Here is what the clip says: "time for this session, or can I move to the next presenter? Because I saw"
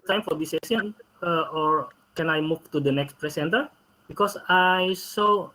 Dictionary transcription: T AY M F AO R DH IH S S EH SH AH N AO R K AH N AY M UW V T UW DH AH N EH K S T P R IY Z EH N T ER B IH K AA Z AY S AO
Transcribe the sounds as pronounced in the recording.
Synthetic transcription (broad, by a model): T AY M F AO R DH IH S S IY AH N AO R K AH N AY M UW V T UW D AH N EH K S T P R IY S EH N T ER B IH K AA S AY S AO